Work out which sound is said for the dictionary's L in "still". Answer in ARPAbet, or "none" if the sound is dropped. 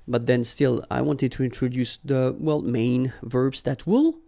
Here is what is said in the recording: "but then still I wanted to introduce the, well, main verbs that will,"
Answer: L